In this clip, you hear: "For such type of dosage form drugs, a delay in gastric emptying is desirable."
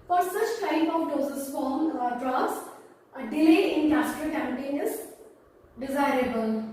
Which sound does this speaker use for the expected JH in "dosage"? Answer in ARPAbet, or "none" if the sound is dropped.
Z